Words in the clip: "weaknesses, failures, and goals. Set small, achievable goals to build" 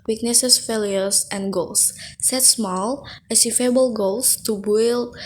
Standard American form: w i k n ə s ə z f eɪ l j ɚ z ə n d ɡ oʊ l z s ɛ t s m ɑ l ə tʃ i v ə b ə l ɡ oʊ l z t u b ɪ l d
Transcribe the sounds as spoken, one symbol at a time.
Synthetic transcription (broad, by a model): w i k n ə s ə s f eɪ l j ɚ s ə n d ɡ oʊ l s s ɛ t s m ɑ l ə s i f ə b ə l ɡ oʊ l s t u b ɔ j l